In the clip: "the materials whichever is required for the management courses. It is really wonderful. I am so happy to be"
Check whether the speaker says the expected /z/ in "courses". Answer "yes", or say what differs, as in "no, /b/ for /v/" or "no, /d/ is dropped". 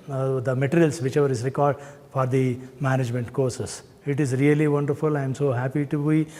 no, /s/ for /z/